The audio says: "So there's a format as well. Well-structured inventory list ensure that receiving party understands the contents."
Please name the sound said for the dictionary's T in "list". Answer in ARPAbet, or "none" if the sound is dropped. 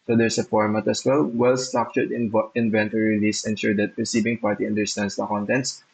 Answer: none